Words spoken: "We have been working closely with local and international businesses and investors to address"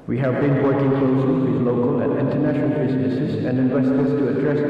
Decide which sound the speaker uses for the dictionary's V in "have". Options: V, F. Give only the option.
V